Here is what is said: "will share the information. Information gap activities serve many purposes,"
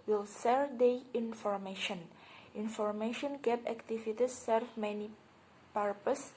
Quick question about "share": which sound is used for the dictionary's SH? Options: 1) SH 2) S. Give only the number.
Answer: 2